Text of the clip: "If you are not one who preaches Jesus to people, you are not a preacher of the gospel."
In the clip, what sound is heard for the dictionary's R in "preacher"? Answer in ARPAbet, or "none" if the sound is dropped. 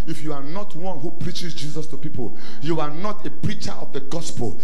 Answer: R